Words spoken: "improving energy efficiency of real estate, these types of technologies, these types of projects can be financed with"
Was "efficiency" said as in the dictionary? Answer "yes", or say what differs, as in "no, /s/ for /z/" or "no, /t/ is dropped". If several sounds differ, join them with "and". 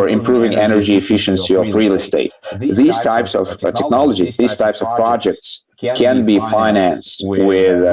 yes